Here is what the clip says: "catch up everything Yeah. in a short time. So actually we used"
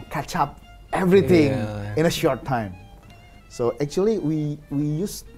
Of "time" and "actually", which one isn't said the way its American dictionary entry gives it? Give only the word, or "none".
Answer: actually